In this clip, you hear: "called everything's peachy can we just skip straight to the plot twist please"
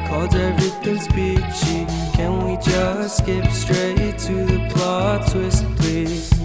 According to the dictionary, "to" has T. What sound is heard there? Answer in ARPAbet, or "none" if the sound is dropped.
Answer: T